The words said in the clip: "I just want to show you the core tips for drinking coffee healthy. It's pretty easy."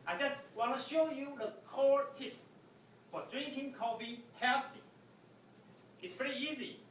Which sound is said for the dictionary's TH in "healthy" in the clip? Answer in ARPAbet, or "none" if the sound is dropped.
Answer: T